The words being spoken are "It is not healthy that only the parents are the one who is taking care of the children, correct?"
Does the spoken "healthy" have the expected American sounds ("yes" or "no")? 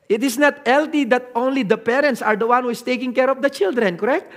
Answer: no